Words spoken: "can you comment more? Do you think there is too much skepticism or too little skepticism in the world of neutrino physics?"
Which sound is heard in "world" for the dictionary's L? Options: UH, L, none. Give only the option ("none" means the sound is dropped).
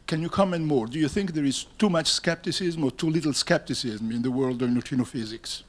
L